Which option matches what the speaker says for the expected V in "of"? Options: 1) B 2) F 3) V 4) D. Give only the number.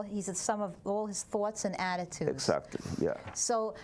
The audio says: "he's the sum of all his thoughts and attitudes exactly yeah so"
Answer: 3